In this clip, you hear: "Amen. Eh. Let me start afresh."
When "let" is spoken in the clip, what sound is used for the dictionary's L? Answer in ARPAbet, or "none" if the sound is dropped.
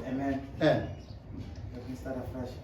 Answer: N